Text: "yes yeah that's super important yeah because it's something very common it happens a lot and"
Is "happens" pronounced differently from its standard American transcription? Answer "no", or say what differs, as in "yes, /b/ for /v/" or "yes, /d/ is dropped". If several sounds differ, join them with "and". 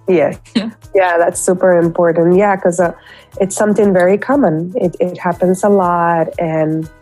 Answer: no